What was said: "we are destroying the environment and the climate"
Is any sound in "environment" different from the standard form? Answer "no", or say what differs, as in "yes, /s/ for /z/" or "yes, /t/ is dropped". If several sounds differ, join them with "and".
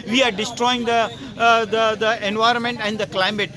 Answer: no